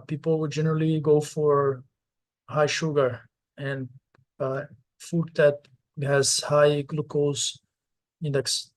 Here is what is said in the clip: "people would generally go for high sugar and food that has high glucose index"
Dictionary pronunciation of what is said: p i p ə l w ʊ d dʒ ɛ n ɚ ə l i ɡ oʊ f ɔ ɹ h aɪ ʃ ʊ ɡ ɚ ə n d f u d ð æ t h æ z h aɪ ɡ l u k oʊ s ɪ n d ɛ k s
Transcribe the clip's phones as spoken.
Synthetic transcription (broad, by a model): p i p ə l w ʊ dʒ ɛ n ɚ ə l i ɡ oʊ f ɔ ɹ h aɪ ʃ ʊ ɡ ɚ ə n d f u d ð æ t h æ z h aɪ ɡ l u k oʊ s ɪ n d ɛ k s